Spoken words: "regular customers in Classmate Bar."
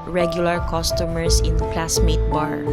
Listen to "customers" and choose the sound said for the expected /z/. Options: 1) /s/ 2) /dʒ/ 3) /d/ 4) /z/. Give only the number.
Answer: 1